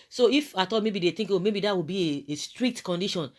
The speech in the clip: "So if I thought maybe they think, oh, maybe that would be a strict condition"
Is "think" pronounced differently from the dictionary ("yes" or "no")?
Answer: yes